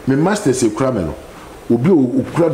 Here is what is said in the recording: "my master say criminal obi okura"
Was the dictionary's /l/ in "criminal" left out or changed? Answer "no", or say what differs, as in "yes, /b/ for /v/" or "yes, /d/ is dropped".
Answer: yes, /w/ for /l/